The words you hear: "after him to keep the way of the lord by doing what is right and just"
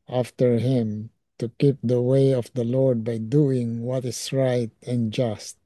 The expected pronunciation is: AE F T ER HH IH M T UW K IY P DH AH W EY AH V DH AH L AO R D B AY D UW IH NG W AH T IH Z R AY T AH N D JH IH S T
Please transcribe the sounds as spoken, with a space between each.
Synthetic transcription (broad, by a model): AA F T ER HH IH M T UW K IY P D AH W EY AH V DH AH L AO R D B AY D UW IH NG W AH T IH S R AY T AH N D JH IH S T